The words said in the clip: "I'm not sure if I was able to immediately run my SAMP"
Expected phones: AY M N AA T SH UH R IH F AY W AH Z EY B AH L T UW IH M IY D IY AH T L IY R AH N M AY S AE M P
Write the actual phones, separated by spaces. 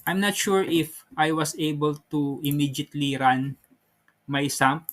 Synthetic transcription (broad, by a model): AY M N AA T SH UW R IH F AY W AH S EY B AH L T UW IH M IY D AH T L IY R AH N M AY S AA M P